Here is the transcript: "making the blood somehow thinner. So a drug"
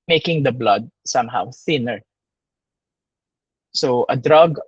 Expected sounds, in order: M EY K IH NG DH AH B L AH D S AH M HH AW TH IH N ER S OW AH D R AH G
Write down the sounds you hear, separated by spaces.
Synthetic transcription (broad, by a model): M EY K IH NG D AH B L AH D S AH M HH AW TH IH N ER S OW AH D R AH G